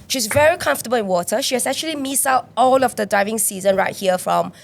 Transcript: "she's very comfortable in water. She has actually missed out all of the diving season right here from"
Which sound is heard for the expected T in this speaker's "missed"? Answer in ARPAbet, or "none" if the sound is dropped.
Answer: none